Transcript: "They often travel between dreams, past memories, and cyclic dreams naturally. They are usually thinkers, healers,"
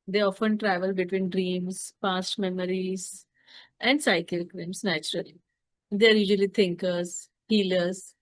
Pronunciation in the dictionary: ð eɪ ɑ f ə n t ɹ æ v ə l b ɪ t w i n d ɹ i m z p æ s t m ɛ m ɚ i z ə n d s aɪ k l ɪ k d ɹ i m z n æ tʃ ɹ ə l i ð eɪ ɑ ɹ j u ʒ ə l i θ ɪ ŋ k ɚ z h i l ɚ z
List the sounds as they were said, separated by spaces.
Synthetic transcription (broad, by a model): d eɪ ɑ f ə n t ɹ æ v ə l b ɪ t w i n d ɹ i m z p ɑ s t m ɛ m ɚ i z ə n d s aɪ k ɪ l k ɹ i m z n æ tʃ ɹ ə l i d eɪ ɑ ɹ j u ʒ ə l i t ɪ ŋ k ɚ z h i l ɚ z